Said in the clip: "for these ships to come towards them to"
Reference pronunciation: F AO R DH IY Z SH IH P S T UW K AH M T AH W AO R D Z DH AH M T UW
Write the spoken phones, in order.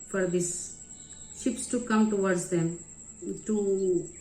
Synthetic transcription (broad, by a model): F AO R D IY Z SH IH P S T UW K AH M T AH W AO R D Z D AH M T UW